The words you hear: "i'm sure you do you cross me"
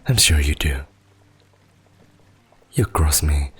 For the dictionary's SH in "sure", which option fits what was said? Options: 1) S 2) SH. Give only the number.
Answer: 2